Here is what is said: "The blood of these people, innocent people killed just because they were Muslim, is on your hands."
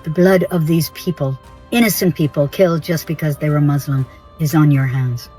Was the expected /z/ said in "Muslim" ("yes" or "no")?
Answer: yes